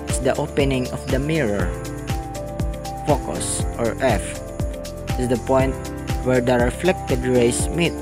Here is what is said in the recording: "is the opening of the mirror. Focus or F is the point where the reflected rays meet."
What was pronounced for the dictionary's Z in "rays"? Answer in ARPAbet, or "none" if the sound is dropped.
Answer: S